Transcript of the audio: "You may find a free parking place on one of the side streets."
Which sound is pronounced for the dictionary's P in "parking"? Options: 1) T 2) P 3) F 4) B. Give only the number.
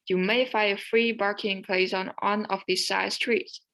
4